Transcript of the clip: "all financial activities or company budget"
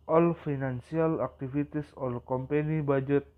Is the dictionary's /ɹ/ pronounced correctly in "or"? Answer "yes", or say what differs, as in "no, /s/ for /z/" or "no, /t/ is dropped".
no, /l/ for /ɹ/